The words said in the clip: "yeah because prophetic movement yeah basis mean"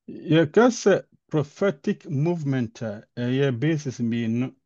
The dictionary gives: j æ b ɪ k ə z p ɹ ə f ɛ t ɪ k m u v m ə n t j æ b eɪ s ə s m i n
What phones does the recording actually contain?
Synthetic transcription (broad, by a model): j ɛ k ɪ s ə p ɹ ə f ɛ t ɪ k m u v m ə n t j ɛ b eɪ s ə s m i n